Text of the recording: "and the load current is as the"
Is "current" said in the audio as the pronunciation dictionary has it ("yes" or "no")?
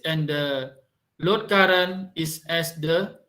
no